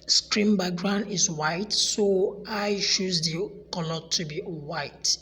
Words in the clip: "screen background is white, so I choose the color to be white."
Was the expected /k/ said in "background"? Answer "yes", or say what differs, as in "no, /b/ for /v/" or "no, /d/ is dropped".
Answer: no, /k/ is dropped